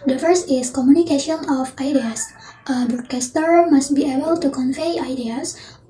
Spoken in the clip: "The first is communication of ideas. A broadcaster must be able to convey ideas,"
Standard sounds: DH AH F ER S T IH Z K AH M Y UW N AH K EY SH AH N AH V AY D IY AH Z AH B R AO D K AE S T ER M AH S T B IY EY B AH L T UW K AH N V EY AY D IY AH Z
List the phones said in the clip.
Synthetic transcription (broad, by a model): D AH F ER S IH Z K AH M Y UW N AH K EY SH AH N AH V AY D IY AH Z AH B AO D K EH S T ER M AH S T B IY EY B AH L T UW K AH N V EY AY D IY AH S